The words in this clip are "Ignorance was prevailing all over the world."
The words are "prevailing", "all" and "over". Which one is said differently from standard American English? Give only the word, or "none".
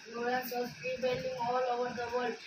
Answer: prevailing